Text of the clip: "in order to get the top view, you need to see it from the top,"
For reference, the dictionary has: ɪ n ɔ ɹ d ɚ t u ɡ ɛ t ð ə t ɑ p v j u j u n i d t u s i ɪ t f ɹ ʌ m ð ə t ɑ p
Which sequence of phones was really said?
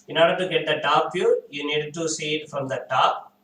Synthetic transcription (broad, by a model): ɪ n ɔ ɹ d ɚ t u ɡ ɛ t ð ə t ɑ p f j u j u n i d t u s i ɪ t f ɹ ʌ m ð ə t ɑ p